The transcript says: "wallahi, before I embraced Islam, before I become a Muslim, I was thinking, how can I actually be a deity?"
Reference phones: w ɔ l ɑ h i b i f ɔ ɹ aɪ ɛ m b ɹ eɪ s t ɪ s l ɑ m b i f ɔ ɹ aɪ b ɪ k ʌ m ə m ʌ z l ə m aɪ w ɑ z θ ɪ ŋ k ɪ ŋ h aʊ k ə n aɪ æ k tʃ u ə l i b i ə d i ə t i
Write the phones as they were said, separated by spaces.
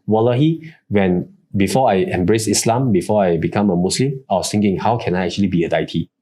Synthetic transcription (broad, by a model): w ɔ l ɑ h i b i f ɔ aɪ ɛ m b ɹ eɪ s ɪ s l ɑ m b i f ɔ aɪ b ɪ k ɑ m ə m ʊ s l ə m aɪ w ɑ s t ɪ ŋ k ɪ ŋ h aʊ k ə n aɪ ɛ k tʃ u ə l i b i ə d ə t i